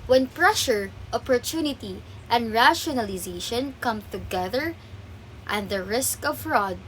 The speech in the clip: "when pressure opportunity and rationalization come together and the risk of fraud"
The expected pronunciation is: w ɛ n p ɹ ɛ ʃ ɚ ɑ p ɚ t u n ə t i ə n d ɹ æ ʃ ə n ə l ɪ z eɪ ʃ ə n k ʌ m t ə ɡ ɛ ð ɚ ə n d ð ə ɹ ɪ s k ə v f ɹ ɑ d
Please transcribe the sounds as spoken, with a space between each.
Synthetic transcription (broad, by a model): w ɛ n p ɹ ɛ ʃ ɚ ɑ p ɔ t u n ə t i ə n d ɹ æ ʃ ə n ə l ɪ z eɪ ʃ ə n k ʌ m t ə ɡ ɛ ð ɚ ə n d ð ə ɹ ɪ s k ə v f ɹ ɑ d